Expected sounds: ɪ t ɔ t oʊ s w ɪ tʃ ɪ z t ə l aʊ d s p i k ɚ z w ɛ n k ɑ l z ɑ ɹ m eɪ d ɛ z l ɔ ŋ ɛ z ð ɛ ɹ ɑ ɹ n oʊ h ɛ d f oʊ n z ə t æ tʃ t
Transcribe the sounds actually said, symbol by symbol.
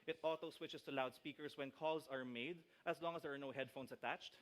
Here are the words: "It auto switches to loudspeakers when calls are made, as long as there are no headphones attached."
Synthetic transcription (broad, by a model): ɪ t ɔ t oʊ s w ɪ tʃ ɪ s t ə l aʊ d s p i k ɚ s w ɛ n k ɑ l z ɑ ɹ m eɪ d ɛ s l ɔ ŋ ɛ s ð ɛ ɹ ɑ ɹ n oʊ h ɛ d f oʊ n s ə t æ tʃ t